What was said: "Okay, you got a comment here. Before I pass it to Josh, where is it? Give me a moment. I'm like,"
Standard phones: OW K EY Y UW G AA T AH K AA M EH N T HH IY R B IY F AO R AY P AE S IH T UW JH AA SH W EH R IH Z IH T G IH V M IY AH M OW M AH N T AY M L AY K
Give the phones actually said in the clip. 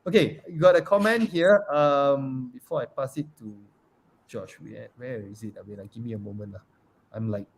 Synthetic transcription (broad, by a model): OW K EY Y UW G AA T AH K AA M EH N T HH IY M B IY F AO AY P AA S IH T UW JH AA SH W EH W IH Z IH T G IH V M IY AH M OW M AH N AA AY M L AY K